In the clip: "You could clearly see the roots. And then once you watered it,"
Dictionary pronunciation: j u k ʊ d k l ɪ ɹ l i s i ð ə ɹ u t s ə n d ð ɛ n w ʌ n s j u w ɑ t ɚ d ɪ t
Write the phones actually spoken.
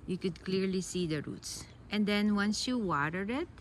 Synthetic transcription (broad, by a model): j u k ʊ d k l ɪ ɹ l i s i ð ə ɹ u t s ə n d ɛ n w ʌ n s j u w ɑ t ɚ ɪ t